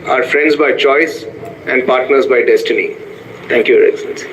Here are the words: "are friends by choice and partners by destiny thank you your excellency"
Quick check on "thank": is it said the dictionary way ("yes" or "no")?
no